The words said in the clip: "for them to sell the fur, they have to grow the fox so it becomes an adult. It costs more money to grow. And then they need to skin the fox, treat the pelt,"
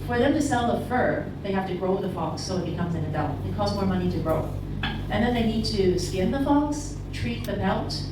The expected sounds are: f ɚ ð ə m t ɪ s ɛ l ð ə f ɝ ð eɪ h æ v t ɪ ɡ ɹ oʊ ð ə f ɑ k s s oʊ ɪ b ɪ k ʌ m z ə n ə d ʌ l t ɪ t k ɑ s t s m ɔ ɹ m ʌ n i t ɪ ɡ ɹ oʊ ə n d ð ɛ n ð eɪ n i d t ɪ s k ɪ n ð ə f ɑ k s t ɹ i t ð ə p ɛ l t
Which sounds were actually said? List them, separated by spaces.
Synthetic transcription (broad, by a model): f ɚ ð ə m t ɪ s ɛ l ð ə f ɝ ð eɪ h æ f t ɪ ɡ ɹ oʊ ð ə f ɑ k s s oʊ ɪ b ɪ k ʌ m z ə n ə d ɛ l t ɪ t k ɑ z m ɔ ɹ m ʌ n i t ɪ ɡ ɹ oʊ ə n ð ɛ n ð eɪ n i d t ɪ s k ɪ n ð ə f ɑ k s t ɹ i t ð ə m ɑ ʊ t